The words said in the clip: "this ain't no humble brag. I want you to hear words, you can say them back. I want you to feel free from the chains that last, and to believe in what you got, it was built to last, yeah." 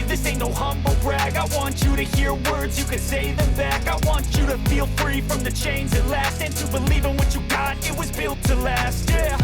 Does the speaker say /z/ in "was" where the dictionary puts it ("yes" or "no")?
yes